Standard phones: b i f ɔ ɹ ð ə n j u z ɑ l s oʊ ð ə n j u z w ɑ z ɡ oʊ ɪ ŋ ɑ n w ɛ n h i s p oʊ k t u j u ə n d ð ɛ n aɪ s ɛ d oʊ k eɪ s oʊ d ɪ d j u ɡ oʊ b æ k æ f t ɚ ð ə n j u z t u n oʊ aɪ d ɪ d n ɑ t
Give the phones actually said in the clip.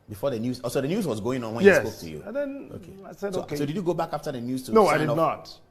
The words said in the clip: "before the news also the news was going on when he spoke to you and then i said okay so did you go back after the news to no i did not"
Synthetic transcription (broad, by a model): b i f ɔ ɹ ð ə n j u z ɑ s oʊ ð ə n j u z w ɑ z ɡ oʊ ɪ ŋ ɑ n w ɛ n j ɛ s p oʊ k t u j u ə n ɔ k ɛ aɪ s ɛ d oʊ k eɪ s oʊ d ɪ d j u ɡ oʊ b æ k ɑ f t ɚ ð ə n j u z t u n oʊ aɪ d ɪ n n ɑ t